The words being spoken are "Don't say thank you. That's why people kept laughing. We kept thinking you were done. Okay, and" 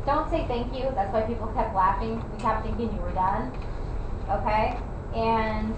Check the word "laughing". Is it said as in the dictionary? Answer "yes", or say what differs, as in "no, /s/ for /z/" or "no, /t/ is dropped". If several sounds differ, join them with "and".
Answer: yes